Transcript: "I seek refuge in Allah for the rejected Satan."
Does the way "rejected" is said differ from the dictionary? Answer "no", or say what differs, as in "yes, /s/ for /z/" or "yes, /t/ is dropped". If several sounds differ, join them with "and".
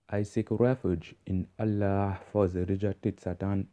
yes, /k/ is dropped